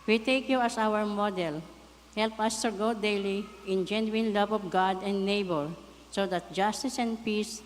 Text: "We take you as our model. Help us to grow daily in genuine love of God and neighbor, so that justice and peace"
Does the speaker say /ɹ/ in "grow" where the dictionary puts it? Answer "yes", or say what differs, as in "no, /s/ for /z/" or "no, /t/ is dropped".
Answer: no, /ɹ/ is dropped